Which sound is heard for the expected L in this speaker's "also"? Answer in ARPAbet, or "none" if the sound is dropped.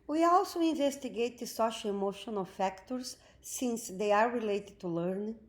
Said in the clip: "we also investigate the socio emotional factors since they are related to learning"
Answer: L